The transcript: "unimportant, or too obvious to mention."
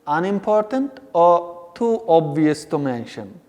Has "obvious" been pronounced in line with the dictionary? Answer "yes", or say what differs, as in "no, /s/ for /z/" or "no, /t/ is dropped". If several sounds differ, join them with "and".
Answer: yes